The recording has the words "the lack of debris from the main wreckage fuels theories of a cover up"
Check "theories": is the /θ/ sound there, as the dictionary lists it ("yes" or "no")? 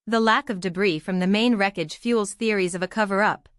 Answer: yes